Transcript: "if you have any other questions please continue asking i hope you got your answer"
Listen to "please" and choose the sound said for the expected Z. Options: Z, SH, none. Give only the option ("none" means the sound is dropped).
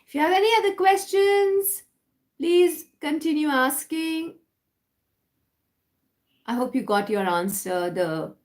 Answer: Z